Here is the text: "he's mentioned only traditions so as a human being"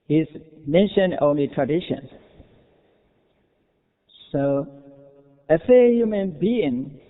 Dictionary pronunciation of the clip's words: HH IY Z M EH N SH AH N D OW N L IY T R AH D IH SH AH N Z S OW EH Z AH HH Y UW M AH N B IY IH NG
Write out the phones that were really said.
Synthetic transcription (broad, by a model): HH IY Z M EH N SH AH N OW N L IY T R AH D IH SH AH N S OW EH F AH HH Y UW M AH N B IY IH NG